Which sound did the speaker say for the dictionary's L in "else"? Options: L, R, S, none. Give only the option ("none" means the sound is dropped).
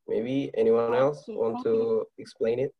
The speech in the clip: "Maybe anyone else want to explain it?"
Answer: L